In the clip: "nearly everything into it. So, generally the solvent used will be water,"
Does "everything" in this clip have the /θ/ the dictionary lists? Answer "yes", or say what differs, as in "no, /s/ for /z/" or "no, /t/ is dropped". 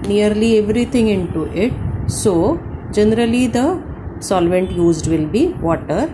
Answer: no, /t/ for /θ/